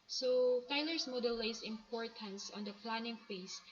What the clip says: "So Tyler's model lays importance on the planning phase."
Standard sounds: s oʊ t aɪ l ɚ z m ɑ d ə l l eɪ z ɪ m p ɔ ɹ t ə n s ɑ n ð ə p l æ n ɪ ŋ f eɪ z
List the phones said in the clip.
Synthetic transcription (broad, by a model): s oʊ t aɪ l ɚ s m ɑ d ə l l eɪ s ɪ m p ɔ ɹ t ə n s ɑ n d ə p l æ n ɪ ŋ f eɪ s